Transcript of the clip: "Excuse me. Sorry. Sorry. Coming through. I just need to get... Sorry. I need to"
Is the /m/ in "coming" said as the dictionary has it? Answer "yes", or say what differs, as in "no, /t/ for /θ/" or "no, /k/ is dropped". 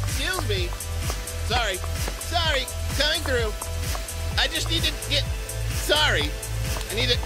no, /m/ is dropped